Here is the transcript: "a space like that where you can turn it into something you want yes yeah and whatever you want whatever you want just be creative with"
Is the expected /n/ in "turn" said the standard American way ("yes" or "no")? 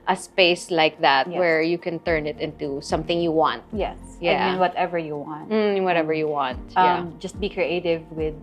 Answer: yes